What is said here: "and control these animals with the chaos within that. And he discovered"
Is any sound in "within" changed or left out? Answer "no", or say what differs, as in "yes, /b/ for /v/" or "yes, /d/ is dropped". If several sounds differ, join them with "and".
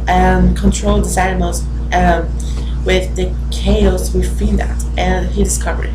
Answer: yes, /f/ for /θ/